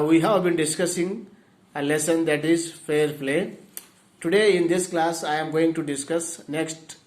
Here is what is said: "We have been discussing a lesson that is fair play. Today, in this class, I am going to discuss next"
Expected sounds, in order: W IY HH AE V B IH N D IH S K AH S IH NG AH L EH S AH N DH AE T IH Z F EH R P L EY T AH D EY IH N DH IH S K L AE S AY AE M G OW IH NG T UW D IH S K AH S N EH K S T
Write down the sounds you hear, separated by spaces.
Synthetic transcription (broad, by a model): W IY HH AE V B IH N D IH S K AH S IH NG AH L EH S AH N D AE T IH Z F EH R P L EY T AH D EY IH N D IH S K L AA S AY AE M G OW IH NG T UW D IH S K AH S N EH K S T